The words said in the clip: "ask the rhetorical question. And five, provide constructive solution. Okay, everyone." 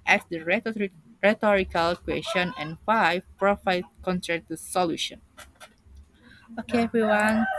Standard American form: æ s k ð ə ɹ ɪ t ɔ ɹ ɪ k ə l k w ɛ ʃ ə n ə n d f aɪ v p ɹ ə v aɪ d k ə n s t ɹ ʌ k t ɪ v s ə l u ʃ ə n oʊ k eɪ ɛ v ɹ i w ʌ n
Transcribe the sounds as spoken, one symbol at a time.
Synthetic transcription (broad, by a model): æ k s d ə ɹ ɪ t ɔ ɹ ɪ k ə l k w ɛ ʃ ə n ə n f aɪ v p ɹ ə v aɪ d k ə n t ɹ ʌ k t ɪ s ə l u ʃ ə n oʊ k eɪ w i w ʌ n